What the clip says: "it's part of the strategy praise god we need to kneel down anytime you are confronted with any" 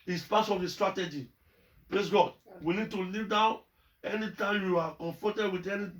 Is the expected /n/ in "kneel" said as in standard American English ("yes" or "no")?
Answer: no